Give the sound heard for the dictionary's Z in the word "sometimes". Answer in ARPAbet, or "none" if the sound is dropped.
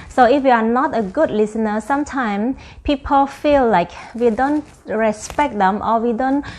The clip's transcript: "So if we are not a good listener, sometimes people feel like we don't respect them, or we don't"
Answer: none